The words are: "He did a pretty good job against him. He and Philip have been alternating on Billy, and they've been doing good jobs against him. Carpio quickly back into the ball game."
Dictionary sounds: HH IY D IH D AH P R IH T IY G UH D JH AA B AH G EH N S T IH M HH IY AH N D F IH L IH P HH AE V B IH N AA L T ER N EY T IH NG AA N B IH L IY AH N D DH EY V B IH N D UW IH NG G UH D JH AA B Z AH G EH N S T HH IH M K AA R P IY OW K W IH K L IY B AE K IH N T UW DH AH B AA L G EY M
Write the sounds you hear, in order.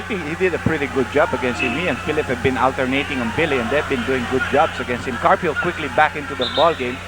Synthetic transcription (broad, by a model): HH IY D IH D AH P R IH T IY G UH D JH AA B AH G EH N S T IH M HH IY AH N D F IH L IH P HH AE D B IH N AA L T ER N EY T IH NG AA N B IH L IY AH N D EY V B IH N D UW IH NG G UH D JH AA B S AH G EH N S T HH IH M K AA R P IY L K W IH K L IY B AE K IH N T UW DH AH B AA L G EY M